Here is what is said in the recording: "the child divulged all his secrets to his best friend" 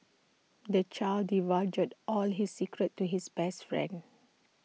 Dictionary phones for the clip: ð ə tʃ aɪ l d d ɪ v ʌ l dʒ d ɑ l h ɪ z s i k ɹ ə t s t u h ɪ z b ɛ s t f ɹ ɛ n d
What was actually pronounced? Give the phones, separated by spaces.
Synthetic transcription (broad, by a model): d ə tʃ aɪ l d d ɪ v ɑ dʒ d ɑ l h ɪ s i k ɹ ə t t u h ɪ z b ɛ s t f ɹ ɛ n d